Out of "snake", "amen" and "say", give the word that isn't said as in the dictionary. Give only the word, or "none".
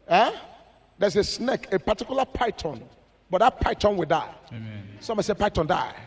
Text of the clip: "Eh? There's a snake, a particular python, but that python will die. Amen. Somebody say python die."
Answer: amen